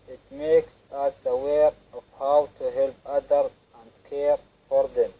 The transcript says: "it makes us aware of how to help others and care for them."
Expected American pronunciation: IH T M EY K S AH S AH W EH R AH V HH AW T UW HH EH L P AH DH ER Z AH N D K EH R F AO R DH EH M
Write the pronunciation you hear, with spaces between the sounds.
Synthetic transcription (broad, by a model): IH T M EY K S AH S AH W EH R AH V HH AW T UW HH EH L P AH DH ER AH N D K EH R F AO R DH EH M